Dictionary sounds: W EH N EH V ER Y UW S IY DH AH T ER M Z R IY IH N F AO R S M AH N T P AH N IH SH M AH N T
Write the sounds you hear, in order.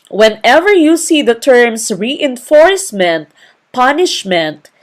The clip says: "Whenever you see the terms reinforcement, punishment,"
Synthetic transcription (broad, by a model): W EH N EH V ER Y UW S IY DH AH T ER M S R IY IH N F AO R S M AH N T P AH N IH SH M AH N T